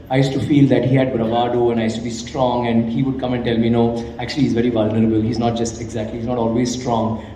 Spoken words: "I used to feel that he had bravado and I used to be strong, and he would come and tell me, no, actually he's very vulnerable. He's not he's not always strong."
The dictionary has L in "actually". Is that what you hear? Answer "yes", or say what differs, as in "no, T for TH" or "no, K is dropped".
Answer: no, L is dropped